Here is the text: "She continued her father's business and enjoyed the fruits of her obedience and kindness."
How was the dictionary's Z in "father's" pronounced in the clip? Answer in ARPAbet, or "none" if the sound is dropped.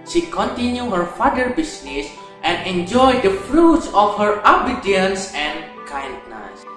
none